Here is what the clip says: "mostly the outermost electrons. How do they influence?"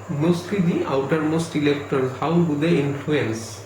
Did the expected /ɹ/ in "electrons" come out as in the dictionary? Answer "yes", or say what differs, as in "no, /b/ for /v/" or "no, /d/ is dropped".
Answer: no, /ɹ/ is dropped